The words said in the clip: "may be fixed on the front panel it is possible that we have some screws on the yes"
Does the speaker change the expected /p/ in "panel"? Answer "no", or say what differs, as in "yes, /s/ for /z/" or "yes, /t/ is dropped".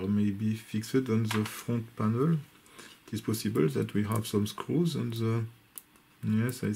no